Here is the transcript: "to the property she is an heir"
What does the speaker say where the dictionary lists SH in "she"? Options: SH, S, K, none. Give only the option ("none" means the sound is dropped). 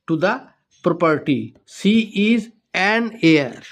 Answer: S